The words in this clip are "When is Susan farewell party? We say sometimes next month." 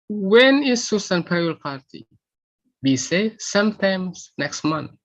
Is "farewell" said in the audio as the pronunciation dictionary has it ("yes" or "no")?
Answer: no